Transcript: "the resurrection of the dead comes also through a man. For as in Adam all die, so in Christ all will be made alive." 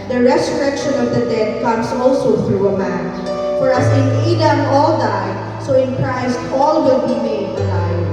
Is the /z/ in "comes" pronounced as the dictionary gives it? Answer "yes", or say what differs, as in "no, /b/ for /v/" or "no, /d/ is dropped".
no, /s/ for /z/